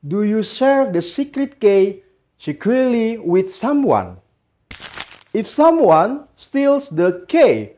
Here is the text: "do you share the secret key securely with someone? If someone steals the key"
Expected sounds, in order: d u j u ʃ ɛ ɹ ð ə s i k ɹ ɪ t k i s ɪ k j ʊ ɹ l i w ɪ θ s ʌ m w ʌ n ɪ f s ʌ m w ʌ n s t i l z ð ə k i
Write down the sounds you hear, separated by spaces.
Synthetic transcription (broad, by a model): d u j u s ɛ ɹ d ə s i k ɹ ɪ t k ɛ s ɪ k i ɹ l i w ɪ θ s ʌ m w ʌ n ɪ f s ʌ m w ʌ n s t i l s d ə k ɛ